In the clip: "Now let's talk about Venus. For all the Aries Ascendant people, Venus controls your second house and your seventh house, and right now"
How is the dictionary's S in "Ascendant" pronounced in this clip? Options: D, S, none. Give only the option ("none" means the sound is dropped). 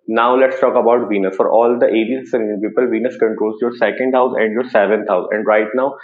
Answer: none